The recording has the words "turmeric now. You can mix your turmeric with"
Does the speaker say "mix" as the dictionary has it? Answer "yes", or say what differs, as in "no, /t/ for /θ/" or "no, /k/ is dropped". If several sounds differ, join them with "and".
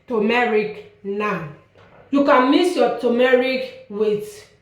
no, /k/ is dropped